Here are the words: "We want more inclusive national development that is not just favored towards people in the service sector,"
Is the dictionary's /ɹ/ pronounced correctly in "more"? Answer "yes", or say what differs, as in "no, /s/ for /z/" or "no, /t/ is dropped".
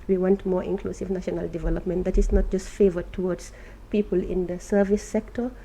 yes